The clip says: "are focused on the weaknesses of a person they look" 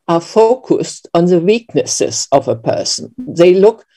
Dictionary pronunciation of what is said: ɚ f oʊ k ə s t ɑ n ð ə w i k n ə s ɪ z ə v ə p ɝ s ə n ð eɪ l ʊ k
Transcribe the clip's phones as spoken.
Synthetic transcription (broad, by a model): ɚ f oʊ k ə s t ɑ n ð ə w i k n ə s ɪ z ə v ə p ɝ s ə n ð eɪ l ʊ k